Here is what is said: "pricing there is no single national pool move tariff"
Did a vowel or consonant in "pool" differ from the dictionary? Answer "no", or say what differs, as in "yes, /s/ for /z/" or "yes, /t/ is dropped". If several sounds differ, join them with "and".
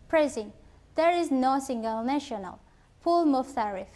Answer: no